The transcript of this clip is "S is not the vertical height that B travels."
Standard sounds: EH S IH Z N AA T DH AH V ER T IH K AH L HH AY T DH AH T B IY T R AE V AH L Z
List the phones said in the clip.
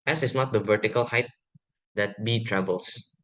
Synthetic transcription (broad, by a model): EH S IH S N AA T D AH V ER T IH K AH L HH AY T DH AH T B IY T R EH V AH L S